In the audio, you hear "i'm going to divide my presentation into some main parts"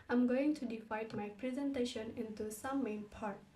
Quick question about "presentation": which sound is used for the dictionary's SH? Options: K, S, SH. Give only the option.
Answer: SH